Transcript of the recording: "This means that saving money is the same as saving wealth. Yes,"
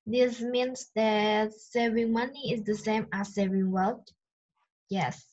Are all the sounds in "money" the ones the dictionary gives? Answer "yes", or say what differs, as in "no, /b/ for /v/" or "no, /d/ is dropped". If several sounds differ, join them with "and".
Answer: yes